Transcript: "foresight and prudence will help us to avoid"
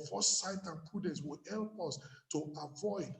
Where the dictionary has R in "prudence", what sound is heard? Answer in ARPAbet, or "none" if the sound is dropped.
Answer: none